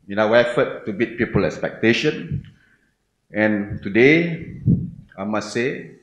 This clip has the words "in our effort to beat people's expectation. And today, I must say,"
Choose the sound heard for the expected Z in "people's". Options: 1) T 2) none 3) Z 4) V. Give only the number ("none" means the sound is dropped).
2